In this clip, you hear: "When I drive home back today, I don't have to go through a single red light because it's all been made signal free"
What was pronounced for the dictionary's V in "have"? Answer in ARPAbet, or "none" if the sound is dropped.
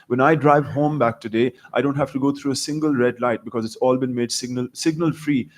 F